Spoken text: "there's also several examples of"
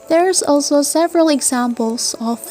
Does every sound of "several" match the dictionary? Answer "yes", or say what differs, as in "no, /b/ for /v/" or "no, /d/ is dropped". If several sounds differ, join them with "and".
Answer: yes